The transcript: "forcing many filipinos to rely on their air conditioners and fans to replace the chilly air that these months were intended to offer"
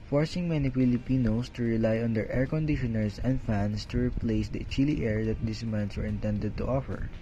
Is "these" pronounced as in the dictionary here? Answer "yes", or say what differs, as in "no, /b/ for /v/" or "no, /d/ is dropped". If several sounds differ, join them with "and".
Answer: no, /s/ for /z/